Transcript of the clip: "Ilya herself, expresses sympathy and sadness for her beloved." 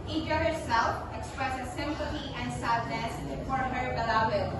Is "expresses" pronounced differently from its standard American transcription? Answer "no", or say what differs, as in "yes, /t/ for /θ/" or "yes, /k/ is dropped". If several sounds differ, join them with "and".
no